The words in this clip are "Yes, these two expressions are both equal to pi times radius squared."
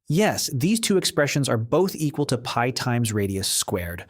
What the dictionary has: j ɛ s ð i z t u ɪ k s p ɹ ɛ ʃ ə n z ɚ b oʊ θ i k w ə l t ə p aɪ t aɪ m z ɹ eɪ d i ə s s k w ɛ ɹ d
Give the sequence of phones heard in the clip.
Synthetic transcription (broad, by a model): j ɛ s ð i z t u ɪ k s p ɹ ɛ ʃ ə n z ɚ b oʊ θ i k w ə l t ə p aɪ t aɪ m z ɹ eɪ d i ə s s k w ɛ ɹ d